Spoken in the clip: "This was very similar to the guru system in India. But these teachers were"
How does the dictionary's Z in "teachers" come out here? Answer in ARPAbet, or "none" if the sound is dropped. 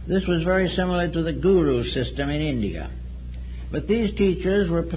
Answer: Z